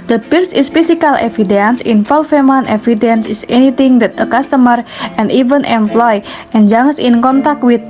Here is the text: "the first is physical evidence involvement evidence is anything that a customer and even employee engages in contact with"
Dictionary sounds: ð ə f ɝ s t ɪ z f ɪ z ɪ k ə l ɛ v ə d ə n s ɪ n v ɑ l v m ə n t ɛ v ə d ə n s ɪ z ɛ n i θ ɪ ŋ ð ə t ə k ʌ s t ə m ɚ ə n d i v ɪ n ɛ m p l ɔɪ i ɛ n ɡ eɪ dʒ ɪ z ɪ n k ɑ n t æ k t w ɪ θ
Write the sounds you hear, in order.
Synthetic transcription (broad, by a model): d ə p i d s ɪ s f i s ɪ k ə l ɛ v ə d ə n s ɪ n f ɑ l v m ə n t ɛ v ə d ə n s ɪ s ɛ n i t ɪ ŋ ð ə t ə k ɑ s t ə m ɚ ə n d i v ɪ n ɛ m p l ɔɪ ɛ n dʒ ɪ s ɪ n k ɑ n t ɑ k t w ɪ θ